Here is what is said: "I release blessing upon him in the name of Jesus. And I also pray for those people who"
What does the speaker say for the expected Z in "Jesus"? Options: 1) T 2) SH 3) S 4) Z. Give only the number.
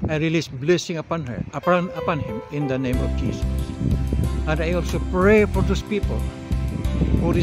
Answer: 3